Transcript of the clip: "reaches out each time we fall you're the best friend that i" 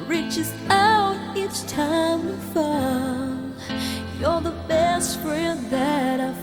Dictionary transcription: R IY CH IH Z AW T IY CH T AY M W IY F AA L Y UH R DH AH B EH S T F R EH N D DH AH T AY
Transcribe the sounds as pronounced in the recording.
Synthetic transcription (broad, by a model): R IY CH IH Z AW T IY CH T AY M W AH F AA N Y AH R DH AH B EH S T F R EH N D DH AH T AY